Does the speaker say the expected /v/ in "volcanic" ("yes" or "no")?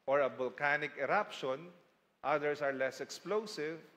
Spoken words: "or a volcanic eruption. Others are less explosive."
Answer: no